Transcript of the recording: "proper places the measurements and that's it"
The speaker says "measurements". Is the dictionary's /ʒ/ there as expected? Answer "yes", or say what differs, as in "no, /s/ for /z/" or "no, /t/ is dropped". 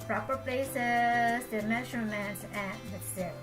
no, /ʃ/ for /ʒ/